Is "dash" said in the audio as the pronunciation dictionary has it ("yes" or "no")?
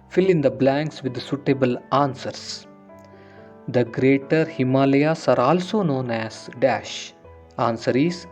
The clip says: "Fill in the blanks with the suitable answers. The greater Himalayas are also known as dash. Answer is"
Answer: yes